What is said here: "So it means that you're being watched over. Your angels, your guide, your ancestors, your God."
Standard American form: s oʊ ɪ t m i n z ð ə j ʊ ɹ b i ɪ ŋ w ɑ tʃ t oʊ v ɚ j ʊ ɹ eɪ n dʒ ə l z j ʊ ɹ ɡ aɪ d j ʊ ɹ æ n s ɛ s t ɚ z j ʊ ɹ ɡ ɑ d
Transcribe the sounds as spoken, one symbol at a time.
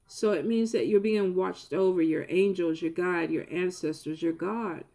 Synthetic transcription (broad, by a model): s oʊ ɪ t m i n z ð ə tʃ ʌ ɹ b i ɪ ŋ w ɑ tʃ t oʊ v ɚ j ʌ ɹ eɪ n dʒ l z j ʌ ɹ ɡ aɪ d j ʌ ɹ æ n s ɛ s t ɚ z j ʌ ɹ ɡ ɑ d